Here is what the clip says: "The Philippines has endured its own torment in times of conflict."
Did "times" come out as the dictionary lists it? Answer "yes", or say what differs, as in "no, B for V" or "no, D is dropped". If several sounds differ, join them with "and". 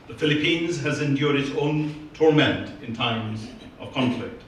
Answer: yes